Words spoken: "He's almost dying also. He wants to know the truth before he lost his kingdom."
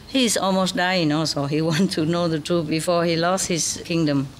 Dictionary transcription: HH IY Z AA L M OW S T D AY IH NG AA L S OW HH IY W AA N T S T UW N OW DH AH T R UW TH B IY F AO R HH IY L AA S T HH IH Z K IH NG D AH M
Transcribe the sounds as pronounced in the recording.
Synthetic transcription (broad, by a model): HH IY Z AA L M OW S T D AY IH NG AA L S OW HH IY W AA N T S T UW N OW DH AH T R UW B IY F AO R HH IY L AA S T HH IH S K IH NG D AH M